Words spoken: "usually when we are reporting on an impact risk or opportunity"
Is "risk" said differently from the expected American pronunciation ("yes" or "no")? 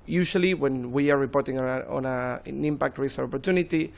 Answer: yes